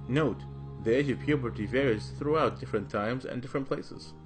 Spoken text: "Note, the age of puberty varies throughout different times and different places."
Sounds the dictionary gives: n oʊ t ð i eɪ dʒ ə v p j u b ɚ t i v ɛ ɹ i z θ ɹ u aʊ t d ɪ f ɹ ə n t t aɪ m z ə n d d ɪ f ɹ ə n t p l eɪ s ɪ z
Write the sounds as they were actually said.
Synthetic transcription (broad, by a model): n oʊ t ð i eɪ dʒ ə v p j u b ɚ t i v ɛ ɹ i z θ ɹ u aʊ t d ɪ f ɹ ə n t t aɪ m z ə n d d ɪ f ɹ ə n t p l eɪ s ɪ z